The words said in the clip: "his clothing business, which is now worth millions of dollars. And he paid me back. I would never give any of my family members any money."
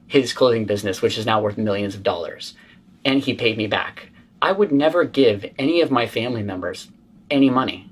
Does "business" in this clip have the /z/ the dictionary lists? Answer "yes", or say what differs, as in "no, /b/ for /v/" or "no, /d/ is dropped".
yes